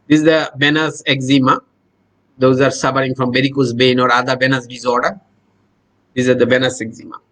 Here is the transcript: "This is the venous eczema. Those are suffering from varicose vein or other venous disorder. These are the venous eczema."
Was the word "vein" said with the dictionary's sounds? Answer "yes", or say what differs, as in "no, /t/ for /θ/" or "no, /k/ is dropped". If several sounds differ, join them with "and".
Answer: no, /b/ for /v/